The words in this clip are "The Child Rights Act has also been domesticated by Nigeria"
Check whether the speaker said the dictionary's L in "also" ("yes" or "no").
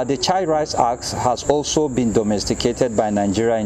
yes